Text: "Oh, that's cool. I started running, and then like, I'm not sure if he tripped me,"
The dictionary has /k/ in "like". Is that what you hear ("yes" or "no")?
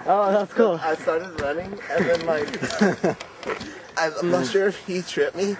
no